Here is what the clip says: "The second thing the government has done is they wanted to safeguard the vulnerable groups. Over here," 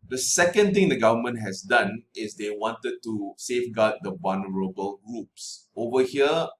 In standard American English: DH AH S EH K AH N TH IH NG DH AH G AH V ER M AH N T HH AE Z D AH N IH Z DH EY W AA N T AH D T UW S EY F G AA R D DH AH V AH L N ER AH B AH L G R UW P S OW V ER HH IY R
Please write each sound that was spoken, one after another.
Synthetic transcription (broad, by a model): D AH S EH K AH N T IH NG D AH G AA V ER M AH N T HH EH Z D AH N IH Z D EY W AA N T AH D T UW S EY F G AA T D AH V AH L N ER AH B AH L G R UW P S OW V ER HH IY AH